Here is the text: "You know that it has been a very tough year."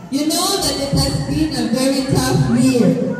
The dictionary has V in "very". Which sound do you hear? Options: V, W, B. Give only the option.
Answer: V